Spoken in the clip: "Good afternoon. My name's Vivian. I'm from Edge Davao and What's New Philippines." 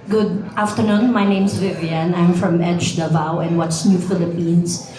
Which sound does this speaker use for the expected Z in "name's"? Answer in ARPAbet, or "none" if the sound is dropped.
S